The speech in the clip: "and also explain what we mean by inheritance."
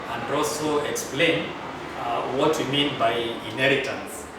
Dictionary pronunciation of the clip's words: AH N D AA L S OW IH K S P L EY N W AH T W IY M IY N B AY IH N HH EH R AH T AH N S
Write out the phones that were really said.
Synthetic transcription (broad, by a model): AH N D AA L S OW IH K S P L EY N W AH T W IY M IY N B AY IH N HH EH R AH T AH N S